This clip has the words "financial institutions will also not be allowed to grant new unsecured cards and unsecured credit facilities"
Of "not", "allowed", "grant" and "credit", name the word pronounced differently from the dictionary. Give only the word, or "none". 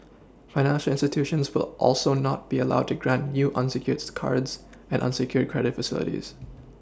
none